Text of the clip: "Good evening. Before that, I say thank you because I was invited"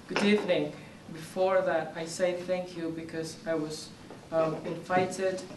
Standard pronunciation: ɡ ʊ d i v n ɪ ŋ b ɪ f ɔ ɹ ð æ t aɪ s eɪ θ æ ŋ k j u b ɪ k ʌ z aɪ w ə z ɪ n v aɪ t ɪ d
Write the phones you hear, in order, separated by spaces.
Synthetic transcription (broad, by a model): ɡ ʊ d i v n ɪ ŋ b ɪ f ɔ ɹ ð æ t aɪ s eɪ θ æ ŋ k j u b ɪ k ʌ z aɪ w ə z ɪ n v aɪ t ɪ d